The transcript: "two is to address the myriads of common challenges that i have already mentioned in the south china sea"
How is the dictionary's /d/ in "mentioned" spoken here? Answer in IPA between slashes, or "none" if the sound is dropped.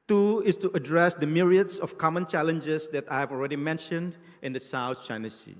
/d/